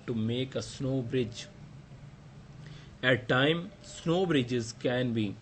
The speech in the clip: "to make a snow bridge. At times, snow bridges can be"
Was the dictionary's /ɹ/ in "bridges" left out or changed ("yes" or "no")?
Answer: no